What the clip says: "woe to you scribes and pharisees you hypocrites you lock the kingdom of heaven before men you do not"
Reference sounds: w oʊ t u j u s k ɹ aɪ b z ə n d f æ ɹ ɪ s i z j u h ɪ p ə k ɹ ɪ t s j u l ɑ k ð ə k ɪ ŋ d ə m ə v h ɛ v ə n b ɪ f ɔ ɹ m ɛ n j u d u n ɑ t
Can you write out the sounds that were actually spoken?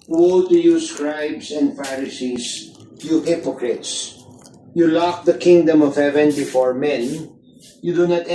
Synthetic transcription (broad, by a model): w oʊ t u j u s k ɹ aɪ b s ə n d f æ ɹ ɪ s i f j u h ɪ p ə k ɹ ɪ t s j u l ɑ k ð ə k ɪ ŋ d ə m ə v h ɛ v ə n b ɪ f ɔ ɹ m ɛ n j u d u n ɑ t